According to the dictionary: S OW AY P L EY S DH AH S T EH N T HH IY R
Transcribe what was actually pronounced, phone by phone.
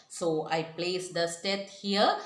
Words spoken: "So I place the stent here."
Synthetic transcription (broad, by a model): S OW AY P L EY S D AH S T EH T HH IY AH